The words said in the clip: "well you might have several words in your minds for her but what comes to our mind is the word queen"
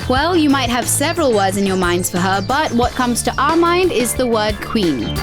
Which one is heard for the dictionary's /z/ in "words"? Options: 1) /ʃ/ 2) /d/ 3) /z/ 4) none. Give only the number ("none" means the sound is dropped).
3